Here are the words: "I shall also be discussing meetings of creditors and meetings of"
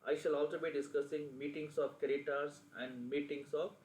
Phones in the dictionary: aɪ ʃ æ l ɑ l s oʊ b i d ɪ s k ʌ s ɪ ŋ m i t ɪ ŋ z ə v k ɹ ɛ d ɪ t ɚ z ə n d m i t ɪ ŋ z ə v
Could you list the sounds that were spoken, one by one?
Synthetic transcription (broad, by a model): aɪ ʃ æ l ɑ l s oʊ b i d ɪ s k ʌ s ɪ ŋ m i t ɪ ŋ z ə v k ɛ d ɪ t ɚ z ə n d m i t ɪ ŋ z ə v